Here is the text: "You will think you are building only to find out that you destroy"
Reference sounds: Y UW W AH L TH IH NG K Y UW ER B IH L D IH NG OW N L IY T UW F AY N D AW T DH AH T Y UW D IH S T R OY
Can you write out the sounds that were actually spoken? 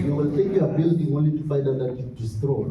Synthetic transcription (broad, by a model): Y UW W AH L T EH K Y UW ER B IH L D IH NG OW N L IY T UW F AY N D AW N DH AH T Y UW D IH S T R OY